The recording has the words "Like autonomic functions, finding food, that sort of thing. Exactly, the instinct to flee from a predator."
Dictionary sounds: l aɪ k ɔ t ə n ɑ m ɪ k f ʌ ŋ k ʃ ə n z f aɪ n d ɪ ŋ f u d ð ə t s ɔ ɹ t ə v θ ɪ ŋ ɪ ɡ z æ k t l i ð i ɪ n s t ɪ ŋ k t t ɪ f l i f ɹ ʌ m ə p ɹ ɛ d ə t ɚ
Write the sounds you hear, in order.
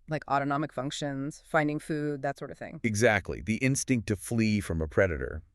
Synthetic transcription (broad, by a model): l aɪ k ɔ t ə n ɑ m ɪ k f ʌ ŋ k ʃ ə n z f aɪ n d ɪ ŋ f u d ð ə t s ɔ ɹ t ə v θ ɪ ŋ ɪ ɡ z æ k t l i ð i ɪ n s t ɪ ŋ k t t ɪ f l i f ɹ ʌ m ə p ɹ ɛ d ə t ɚ